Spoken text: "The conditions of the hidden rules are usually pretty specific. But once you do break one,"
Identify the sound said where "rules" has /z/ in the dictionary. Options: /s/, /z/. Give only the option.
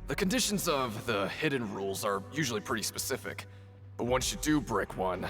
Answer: /z/